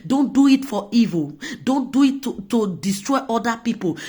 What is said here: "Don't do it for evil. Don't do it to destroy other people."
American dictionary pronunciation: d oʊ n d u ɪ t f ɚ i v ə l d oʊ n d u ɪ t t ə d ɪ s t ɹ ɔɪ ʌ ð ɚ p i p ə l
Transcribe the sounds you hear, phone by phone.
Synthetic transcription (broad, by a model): d oʊ n d u ɪ t f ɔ i v ə l d oʊ n d u ɪ t t ə d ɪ s t ɹ ɔɪ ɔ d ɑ p i p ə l